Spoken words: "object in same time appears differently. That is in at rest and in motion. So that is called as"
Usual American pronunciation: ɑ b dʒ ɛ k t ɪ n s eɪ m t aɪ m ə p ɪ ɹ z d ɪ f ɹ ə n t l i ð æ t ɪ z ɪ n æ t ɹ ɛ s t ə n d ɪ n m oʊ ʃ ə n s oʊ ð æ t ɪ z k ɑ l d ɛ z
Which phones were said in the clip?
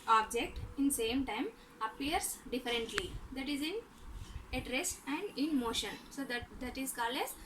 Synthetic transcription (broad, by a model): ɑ b dʒ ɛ k t ɪ n s eɪ m t aɪ m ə p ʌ ɹ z d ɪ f ɹ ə n t l i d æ t ɪ z ɪ n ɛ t ɹ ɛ s ə n d ɪ n m oʊ ʃ ə n s oʊ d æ t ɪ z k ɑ l ɛ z